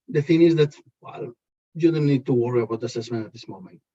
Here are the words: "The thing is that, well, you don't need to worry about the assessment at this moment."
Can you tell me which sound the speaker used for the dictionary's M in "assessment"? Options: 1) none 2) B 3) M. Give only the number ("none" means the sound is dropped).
3